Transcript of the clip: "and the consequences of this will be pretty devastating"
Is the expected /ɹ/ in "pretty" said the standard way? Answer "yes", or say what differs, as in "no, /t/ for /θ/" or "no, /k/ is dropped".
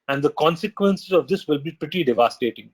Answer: yes